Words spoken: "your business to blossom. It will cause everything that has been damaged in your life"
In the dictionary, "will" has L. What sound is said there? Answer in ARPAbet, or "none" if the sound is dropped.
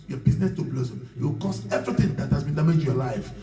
W